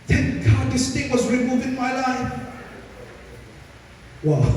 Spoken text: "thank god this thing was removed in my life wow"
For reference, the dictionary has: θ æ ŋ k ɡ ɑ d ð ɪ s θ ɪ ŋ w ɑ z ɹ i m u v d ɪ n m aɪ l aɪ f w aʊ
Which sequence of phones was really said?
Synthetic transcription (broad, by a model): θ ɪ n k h ɑ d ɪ s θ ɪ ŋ w ɑ z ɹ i m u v ɪ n m aɪ l aɪ f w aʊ